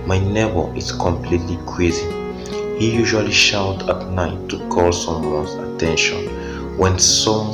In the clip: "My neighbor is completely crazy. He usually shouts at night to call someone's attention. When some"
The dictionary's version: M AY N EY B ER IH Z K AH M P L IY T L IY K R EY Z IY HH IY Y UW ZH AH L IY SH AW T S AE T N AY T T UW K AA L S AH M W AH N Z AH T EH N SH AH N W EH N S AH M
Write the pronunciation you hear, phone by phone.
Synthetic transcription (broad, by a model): M AY N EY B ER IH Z K AH M P L IY T L IY K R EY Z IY HH IY Y UW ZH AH L IY SH AW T AA T N AY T T UW K AA L S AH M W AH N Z AH T EH N SH AH N W EH N S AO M